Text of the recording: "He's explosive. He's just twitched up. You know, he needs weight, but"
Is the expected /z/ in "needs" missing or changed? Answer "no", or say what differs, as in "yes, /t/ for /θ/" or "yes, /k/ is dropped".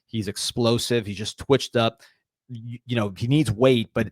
no